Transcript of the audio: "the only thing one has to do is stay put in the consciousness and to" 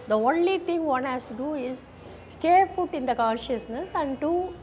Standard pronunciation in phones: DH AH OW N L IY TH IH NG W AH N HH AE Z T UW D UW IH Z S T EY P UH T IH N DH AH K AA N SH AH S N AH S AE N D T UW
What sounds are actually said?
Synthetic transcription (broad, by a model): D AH OW N L IY T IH NG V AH N HH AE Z T UW D UW IH Z S T EY F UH T IH N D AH K AA N SH AH S N AH S AE N D T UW